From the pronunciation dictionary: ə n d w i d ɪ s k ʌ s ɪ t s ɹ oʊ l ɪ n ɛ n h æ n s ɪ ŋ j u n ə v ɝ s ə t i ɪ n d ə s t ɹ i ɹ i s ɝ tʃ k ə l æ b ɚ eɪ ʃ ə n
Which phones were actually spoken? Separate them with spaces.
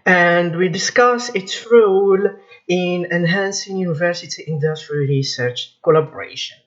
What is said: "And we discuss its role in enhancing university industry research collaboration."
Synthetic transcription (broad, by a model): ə n d w i d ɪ s k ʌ s ɪ t s ɹ oʊ l ɪ n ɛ n h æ n s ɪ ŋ j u n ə v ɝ s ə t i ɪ n d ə s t ɹ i ɹ i s ɝ tʃ k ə l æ b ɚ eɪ ʃ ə n